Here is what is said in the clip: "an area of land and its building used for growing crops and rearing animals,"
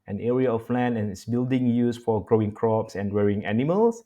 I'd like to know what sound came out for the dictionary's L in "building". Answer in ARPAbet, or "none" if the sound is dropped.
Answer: L